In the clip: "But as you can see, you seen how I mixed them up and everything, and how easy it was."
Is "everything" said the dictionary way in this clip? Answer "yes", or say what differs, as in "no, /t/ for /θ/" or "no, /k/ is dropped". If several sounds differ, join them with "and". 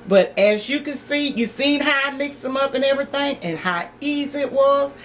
yes